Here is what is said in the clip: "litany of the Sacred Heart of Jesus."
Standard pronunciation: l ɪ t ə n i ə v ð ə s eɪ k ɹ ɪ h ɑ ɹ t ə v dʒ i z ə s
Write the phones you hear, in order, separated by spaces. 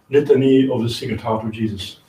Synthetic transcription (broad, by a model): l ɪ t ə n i ə v ð ə s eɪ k ɪ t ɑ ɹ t ə v dʒ i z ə s